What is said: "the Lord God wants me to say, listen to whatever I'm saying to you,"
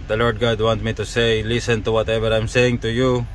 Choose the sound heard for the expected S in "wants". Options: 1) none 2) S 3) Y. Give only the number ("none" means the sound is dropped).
1